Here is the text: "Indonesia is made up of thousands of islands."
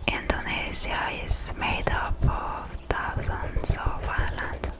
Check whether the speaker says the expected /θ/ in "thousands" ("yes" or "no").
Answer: no